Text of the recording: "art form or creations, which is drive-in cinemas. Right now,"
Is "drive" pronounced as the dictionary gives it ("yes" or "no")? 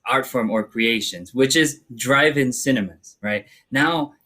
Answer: yes